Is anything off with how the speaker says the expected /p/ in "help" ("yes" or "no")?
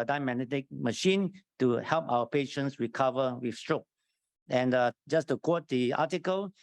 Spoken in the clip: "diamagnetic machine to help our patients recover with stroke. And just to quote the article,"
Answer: no